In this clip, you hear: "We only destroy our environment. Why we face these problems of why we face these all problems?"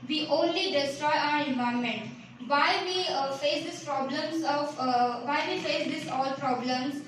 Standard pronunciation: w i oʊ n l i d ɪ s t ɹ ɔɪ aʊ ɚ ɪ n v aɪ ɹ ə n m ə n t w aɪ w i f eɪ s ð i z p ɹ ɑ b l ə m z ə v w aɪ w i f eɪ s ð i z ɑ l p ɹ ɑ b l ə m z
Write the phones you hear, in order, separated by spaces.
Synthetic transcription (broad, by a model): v i oʊ n l i d ɪ s t ɹ ɔɪ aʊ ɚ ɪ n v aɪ ə m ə n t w aɪ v i f eɪ s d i s p ɹ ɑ b l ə m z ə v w aɪ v i f eɪ s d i s ɑ l p ɹ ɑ b l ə m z